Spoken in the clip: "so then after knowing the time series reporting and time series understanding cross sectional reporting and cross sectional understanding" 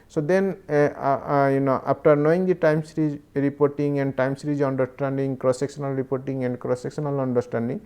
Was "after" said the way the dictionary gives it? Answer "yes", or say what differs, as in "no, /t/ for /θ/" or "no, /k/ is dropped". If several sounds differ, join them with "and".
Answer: no, /p/ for /f/